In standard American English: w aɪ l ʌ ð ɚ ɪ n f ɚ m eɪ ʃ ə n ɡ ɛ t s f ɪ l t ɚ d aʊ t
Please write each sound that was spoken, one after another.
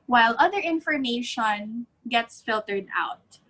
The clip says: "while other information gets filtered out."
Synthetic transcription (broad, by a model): w aɪ l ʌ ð ɚ ɪ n f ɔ m eɪ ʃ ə n ɡ ɛ t s f ɪ l t ɚ d aʊ t